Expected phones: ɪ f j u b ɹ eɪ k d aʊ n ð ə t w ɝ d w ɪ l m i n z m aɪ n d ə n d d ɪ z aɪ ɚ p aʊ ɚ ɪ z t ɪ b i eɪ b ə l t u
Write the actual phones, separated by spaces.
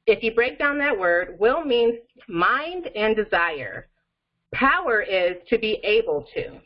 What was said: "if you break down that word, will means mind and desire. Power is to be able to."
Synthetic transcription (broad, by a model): ɪ f j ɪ b ɹ eɪ k d aʊ n ð ə t w ɝ d w ɪ l m i n m aɪ n d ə n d d ɪ z aɪ ɚ p aʊ ɚ ɪ z t ɪ b i eɪ b l t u